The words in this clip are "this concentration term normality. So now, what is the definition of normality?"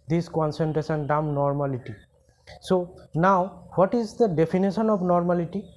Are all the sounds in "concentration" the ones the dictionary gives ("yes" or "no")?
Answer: no